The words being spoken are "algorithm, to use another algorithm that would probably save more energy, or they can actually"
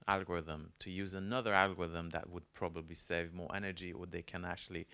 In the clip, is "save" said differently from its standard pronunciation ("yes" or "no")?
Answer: no